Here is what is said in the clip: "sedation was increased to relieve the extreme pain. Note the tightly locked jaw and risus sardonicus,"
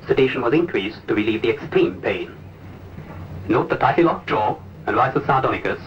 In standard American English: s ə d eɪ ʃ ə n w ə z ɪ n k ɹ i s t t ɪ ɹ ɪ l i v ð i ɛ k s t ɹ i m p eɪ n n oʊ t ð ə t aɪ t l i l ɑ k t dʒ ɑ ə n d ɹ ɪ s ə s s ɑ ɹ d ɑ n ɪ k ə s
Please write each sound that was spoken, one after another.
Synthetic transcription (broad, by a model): s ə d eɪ ʃ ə n w ə z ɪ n k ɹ i s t t ɪ ɹ ɪ l i v ð i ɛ k s t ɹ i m p eɪ n n oʊ t ð ə t aɪ t l i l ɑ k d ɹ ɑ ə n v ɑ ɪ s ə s s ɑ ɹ d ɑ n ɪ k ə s